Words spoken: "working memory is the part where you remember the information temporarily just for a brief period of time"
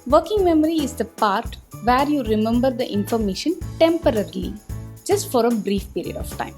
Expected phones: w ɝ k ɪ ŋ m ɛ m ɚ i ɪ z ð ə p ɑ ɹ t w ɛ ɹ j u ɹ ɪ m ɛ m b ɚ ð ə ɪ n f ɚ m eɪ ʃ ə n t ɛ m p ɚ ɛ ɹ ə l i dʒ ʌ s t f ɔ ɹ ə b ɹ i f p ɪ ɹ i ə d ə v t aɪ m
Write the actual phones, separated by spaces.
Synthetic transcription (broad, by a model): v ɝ k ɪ ŋ m ɛ m ɚ i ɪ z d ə p ɑ ɹ t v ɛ ɹ j u ɹ ɪ m ɛ m b ɚ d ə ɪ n f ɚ m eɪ ʃ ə n t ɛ m p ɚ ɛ ɹ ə l i dʒ ʌ s t f ɔ ɹ ə b ɹ i f p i ɹ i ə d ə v t aɪ m